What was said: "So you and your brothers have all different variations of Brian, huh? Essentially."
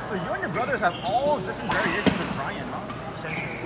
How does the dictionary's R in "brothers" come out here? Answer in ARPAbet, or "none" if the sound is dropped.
R